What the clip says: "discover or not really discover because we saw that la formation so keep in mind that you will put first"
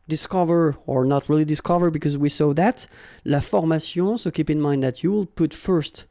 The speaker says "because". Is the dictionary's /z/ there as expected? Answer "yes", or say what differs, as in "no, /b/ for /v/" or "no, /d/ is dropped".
yes